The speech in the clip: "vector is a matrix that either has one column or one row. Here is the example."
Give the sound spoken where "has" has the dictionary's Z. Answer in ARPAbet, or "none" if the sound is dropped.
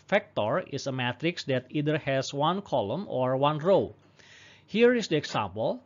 S